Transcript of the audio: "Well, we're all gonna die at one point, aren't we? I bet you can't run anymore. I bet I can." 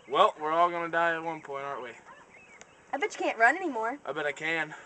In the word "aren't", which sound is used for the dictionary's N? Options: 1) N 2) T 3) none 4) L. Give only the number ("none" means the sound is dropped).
3